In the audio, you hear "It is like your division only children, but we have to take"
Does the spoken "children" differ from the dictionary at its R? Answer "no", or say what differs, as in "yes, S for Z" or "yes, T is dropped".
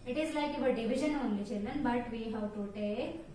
yes, L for R